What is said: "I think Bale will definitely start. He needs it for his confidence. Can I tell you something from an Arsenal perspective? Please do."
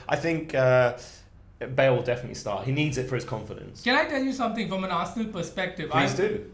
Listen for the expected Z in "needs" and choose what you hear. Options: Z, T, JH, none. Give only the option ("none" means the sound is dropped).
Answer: Z